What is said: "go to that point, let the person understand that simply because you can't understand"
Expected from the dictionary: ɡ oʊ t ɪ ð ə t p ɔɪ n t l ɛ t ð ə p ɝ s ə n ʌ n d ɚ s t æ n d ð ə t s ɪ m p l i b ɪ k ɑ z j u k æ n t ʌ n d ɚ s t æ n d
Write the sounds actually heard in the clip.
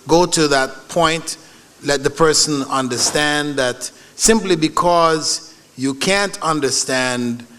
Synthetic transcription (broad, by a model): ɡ oʊ t ɪ ð ə t p ɔɪ n t l ɛ t ð ə p ɝ s ə n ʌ n d ɚ s t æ n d ð ə t s ɪ m p l i b ɪ k ɑ z j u k æ n t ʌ n d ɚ s t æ n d